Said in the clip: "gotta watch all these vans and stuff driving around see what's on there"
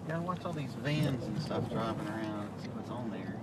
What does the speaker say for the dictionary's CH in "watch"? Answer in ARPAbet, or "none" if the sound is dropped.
S